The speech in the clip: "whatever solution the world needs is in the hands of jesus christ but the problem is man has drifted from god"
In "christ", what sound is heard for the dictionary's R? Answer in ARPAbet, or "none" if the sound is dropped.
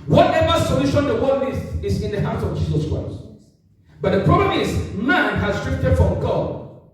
R